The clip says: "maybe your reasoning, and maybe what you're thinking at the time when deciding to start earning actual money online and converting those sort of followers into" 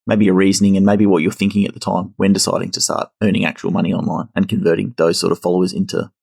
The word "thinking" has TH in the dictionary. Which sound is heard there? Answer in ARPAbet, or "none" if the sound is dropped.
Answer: TH